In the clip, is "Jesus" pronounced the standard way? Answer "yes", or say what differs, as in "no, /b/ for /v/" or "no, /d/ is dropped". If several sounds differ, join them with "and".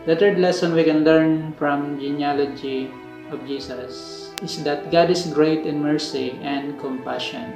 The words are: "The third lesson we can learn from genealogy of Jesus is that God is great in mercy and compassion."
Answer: no, /s/ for /z/